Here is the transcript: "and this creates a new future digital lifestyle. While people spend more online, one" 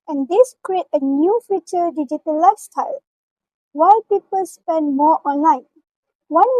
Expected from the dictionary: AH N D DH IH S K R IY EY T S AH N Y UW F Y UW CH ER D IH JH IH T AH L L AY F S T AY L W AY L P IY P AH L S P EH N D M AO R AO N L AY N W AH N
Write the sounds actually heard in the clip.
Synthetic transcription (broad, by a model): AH N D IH S K R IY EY T AH N Y UW F Y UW CH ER D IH JH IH T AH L L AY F S T AY L W AY L P IY P AH L S P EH N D M AO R AO N L AY N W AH N